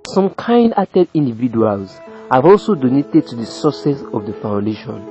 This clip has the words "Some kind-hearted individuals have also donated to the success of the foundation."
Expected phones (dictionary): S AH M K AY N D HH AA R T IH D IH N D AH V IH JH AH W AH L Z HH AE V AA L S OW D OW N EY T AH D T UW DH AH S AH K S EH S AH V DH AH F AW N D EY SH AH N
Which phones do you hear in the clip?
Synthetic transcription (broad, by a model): S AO M K AY N D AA T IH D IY N D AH V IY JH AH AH L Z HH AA V AA L S OW D OW N EY T AH D T UW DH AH S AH S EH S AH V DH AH F AW N D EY SH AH N